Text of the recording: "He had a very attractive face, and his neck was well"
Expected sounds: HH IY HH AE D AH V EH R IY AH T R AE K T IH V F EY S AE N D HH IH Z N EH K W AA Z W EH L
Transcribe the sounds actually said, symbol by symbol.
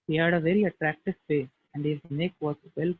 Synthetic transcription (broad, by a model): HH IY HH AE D AH V EH R IY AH T R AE K T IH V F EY AE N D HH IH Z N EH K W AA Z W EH L